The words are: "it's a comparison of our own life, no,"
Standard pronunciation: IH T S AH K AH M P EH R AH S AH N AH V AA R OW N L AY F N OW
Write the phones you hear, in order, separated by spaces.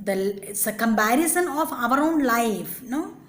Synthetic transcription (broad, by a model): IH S AH K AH M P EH R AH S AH N AH V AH R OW N L AY F N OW